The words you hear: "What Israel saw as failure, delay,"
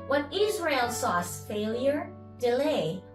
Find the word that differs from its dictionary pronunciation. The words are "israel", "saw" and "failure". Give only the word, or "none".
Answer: none